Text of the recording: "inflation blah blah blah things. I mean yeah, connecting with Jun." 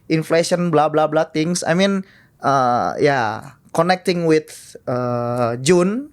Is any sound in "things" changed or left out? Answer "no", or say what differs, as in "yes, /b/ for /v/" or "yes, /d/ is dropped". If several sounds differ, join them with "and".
yes, /t/ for /θ/ and /s/ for /z/